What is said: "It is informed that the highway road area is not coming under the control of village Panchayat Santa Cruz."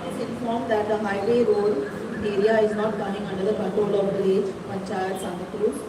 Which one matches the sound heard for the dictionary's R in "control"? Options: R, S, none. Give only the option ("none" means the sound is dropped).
none